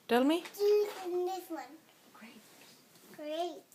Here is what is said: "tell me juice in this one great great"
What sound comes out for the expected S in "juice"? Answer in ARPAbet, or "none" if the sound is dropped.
none